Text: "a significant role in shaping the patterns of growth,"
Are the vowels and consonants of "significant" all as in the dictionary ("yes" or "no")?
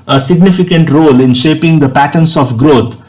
yes